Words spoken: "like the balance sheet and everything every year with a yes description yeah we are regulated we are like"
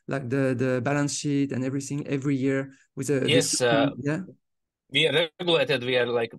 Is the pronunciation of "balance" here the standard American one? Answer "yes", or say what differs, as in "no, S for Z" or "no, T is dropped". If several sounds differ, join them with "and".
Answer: yes